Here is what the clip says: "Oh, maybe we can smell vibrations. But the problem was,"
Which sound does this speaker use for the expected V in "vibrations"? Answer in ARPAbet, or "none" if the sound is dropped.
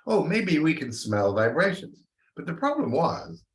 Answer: V